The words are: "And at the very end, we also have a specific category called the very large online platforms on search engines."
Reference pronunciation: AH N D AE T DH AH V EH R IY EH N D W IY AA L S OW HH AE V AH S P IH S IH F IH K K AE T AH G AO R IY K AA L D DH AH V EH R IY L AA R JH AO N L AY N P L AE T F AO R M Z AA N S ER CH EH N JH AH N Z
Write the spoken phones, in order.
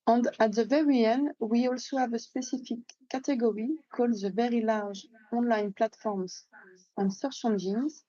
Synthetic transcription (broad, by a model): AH N D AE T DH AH V EH R IY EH N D W IY AA L S OW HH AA V AH S P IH S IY F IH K K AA T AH G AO R IY K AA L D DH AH V EH R IY L AA R ZH AO N L AY N P L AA T F AO R M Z AA N S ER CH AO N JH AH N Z